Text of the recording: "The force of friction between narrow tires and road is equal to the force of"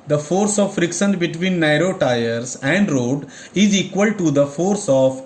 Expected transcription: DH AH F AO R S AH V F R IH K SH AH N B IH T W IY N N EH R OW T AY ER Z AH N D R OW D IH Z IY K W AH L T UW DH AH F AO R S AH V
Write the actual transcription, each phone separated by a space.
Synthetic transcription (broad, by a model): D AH F AO R S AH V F R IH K S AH N B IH T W IY N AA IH R OW T AY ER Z AH N D R OW D IH Z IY K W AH L T UW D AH F AO R S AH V